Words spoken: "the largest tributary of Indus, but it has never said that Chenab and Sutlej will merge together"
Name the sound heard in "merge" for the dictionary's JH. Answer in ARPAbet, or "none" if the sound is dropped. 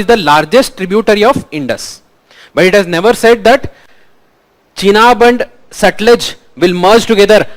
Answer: JH